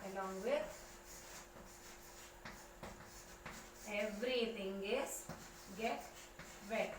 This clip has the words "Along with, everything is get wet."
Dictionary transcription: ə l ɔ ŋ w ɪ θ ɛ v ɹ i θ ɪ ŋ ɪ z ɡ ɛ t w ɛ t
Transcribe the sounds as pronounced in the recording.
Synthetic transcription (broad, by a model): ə l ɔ ŋ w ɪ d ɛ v ɹ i t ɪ ŋ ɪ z ɡ ɛ t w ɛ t